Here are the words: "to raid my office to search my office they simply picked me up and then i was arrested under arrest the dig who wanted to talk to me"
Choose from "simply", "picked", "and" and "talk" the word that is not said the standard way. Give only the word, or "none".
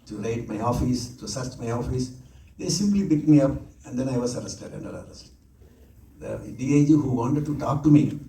picked